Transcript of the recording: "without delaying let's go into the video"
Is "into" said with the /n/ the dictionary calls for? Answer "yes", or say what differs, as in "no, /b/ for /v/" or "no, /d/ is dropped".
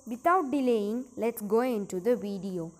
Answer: yes